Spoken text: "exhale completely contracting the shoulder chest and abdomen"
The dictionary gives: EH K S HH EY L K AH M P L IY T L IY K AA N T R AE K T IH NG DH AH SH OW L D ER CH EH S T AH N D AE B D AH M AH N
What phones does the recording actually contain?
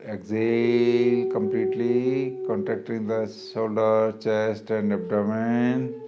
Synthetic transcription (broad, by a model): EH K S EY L K AH M P L IY T L IY K AA N T R AE K T IH NG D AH S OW L D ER CH EH S T AH N D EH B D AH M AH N